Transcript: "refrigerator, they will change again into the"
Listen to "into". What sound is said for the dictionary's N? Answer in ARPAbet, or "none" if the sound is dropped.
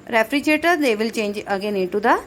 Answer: none